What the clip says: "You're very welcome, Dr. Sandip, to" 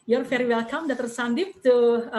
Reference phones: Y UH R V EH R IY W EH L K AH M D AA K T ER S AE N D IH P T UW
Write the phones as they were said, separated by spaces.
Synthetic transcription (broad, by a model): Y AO R F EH R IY W EH L K AH M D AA T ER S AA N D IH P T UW